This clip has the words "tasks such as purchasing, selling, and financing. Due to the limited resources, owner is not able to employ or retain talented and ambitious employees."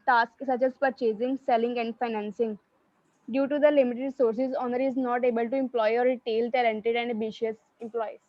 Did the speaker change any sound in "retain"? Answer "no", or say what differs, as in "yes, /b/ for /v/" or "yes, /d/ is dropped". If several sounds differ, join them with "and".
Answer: yes, /l/ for /n/